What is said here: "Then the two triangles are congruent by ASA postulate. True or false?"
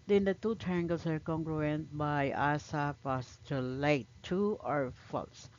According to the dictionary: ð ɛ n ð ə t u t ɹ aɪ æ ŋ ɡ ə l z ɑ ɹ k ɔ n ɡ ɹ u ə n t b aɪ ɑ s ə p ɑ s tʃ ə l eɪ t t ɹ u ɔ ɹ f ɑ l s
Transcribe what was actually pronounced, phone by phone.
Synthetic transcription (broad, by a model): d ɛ n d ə t u t ɹ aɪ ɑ ŋ ɡ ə l s ɑ ɹ k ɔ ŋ ɡ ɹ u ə n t b aɪ ɑ s ə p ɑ s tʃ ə l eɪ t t u ɔ ɹ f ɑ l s